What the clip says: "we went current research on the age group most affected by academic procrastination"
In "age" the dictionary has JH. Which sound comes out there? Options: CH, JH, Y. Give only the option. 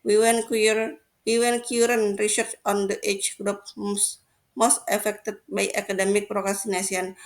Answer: CH